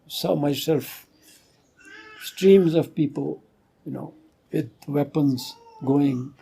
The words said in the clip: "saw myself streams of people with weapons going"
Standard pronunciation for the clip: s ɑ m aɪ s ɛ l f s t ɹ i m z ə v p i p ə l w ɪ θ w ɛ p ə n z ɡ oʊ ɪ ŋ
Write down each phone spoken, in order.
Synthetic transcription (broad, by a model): s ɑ m aɪ s ɛ l f s t ɹ i m z ə v p i p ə l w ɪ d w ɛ p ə n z ɡ oʊ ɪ ŋ